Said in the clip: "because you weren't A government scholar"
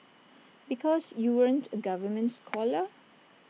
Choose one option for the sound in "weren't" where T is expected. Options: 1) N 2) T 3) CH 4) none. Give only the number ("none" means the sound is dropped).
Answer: 2